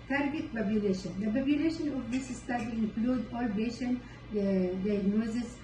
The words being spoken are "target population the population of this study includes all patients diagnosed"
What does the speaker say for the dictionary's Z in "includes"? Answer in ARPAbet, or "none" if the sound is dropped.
none